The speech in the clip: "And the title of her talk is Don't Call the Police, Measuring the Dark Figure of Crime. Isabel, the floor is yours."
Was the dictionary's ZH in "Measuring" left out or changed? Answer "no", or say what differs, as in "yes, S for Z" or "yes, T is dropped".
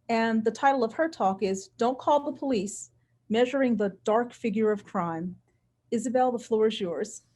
no